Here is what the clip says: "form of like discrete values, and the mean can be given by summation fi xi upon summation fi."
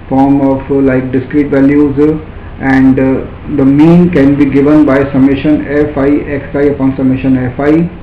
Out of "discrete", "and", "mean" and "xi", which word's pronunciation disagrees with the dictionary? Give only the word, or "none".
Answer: xi